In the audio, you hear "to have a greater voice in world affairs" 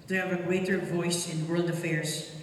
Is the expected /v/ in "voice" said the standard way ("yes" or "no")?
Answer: yes